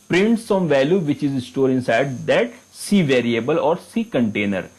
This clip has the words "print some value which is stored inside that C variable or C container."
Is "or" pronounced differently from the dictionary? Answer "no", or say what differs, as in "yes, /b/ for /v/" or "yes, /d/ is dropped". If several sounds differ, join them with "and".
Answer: no